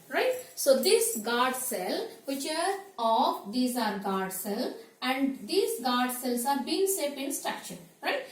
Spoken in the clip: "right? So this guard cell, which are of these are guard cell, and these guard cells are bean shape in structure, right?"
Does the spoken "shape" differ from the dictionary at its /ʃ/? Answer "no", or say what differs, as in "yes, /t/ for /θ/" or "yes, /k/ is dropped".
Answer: yes, /s/ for /ʃ/